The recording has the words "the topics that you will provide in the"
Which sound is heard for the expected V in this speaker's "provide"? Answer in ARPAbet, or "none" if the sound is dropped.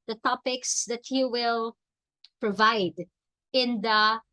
V